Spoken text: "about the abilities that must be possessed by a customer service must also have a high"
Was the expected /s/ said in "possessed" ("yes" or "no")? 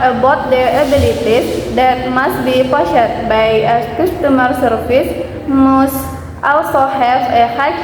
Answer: no